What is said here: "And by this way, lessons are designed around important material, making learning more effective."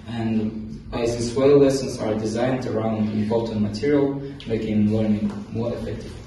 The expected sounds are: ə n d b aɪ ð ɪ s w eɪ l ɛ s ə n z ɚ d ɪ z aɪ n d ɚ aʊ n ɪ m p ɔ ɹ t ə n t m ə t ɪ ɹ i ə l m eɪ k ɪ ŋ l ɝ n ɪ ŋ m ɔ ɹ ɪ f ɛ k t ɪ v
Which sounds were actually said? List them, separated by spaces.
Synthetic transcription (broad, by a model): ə n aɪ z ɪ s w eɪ l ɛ s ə n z ɚ d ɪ z aɪ n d ɚ aʊ n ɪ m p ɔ l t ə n m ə t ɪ ɹ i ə l m eɪ k ɪ ŋ l ɝ n ɪ ŋ m ɔ ɹ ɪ f ɛ k t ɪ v